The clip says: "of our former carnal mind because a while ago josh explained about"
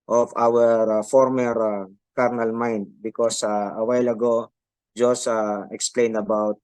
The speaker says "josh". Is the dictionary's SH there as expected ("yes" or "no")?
no